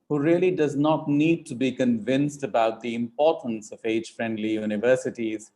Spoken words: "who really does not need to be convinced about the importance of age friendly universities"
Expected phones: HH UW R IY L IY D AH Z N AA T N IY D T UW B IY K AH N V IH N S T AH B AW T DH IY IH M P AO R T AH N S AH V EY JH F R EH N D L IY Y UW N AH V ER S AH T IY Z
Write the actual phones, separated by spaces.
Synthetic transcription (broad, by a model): HH UW R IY L IY D AH Z N AA T N IY D T UW B IY K AH N V IH N S T AH B AW T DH IY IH M P AO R T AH N S AH V EY JH F R EH N D L IY Y UW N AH V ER S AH T IY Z